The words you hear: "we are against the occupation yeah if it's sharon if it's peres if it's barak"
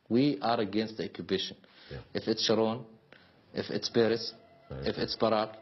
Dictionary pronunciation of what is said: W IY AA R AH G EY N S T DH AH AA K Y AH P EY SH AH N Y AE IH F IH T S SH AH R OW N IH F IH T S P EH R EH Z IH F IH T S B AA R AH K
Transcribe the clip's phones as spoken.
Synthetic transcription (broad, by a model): W IY AA R AH G EY N S T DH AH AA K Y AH B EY SH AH N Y IH F IH T S SH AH R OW N IH F IH T S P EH R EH S IH F IH T S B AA R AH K